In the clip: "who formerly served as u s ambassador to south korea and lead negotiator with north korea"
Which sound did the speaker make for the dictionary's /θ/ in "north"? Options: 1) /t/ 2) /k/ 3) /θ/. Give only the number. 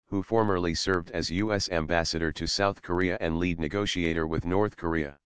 3